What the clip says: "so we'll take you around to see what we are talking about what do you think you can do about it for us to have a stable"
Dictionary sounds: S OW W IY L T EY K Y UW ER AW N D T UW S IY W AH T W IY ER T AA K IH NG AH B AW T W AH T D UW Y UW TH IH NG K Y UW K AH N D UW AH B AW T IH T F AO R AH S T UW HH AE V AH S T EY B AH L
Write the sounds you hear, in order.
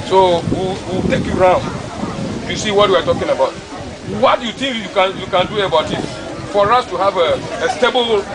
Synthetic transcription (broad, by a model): S OW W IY W T EY K Y UW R AW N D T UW S IY W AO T W IY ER T AA K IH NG AH B AW T W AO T D UW Y UW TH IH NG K Y UW K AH N D UW AH B AW T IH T F AO R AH S T UW HH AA V AH S T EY B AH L